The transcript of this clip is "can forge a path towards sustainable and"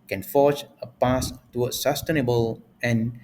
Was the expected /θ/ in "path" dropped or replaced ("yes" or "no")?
yes